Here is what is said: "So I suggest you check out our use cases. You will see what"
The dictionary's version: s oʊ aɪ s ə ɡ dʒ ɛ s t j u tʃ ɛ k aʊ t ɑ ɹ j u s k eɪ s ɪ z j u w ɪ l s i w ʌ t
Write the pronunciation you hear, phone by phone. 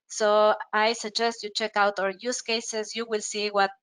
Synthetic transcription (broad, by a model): s oʊ aɪ s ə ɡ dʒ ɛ s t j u tʃ ɛ k aʊ t ɑ ɹ j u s k eɪ s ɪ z j u w ɪ l s i w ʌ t